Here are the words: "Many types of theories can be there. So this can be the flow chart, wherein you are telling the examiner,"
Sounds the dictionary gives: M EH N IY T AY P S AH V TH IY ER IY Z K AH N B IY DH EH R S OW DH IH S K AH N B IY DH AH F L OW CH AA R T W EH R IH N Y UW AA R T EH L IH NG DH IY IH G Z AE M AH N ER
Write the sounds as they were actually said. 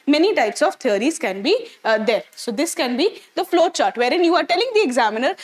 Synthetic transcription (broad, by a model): M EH N IY T AY P S AH V T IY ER IY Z K AH N B IY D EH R S OW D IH S K AH N B IY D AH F L OW CH AA R T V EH R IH N Y UW AA R T EH L IH NG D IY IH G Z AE M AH N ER